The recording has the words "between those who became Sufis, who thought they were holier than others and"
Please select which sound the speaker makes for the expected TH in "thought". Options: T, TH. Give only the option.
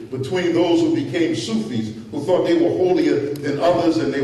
TH